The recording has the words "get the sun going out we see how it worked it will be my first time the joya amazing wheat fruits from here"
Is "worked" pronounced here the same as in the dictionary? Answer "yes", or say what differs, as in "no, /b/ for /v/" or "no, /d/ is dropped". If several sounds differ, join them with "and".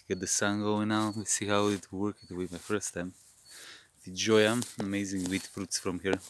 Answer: no, /t/ is dropped